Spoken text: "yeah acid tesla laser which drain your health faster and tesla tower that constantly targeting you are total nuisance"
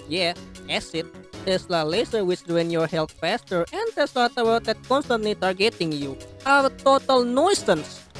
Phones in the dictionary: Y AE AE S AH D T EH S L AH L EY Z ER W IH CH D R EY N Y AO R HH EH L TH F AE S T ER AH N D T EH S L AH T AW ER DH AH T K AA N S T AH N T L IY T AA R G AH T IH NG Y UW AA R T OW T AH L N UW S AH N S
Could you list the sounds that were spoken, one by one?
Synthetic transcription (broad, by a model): Y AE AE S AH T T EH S L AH L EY S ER W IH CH D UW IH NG Y AO R HH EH L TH F AE S T ER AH N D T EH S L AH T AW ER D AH T K AA N S T AH N T L IY T AA R G AH T IH NG Y UW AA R T OW T AH L N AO S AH N S